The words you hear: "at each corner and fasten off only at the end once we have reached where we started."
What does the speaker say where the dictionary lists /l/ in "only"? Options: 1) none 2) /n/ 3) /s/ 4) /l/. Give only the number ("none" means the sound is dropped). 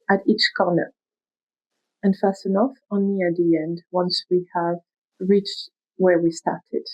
1